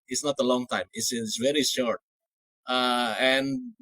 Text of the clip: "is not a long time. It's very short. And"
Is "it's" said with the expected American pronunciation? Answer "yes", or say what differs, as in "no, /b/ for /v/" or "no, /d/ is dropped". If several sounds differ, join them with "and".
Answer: no, /s/ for /t/